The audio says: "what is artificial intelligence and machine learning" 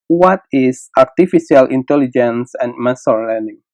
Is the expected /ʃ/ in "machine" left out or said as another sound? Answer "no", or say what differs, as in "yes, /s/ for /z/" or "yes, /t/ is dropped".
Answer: yes, /s/ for /ʃ/